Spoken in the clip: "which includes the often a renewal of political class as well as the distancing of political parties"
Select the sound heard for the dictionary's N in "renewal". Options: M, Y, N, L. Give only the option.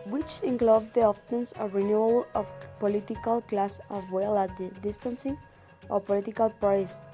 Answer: N